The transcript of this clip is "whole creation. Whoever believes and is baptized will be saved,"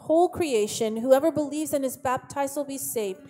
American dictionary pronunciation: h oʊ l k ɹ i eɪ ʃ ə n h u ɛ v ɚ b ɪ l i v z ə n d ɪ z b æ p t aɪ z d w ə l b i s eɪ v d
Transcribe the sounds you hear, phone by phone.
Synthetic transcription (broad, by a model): h oʊ l k ɹ i eɪ ʃ ə n h u ɛ v ɚ b ɪ l i v z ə n ɪ z b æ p t aɪ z w ə l b i s eɪ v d